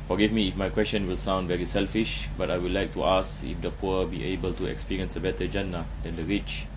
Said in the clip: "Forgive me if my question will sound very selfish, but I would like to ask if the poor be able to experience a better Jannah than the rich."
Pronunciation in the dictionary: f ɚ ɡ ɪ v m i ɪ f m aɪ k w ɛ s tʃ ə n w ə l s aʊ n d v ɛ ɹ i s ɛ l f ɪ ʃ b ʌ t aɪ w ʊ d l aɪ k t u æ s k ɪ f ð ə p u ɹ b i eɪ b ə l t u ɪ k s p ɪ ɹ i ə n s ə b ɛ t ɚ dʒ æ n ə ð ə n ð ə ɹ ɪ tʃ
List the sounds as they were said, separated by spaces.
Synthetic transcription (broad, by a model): f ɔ ɡ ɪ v m i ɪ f m aɪ k w ɛ s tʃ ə n w ə l s aʊ n d v ɛ ɹ i s ɛ l f ɪ ʃ b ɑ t aɪ w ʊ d l aɪ k t u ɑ s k ɪ f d ə p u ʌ b i eɪ b ə l t u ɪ k s p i ɹ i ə n s ə b ɛ t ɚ dʒ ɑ n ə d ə n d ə ɹ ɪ tʃ